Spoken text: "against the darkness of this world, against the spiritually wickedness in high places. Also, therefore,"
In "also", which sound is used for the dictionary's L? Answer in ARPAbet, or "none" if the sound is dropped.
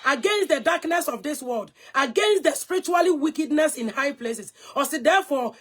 none